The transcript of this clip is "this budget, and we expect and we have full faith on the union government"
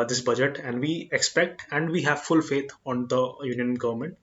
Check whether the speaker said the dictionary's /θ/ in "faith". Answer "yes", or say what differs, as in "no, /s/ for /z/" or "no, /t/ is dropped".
no, /t/ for /θ/